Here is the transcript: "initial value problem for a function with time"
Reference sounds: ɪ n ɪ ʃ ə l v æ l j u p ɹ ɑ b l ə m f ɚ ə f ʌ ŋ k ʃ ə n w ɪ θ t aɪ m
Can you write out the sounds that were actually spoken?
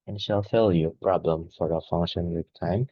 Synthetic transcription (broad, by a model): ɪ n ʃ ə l f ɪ l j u p ɹ ɑ b l ə m f ɚ ə f ʌ ŋ k ʃ ə n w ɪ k t aɪ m